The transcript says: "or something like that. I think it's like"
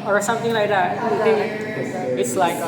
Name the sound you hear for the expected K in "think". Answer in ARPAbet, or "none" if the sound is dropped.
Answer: none